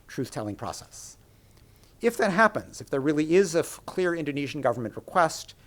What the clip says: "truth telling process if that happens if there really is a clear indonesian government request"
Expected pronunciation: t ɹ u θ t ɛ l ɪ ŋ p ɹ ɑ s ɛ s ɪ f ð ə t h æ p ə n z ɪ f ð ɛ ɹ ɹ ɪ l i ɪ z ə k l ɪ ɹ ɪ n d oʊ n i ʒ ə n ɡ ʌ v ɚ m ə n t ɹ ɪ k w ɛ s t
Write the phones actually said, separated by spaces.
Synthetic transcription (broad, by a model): t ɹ u θ t ɛ l ɪ ŋ p ɹ ɑ s ɛ s ɪ f ð ə t h æ p ə n z ɪ f ð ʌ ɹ ɹ ɪ l i ɪ z ə k l ɪ ɹ ɪ n d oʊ n i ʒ n ɡ ʌ v ɚ m ə n t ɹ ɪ k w ɛ s t